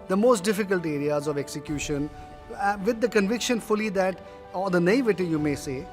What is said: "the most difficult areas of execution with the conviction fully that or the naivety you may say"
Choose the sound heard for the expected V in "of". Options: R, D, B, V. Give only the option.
V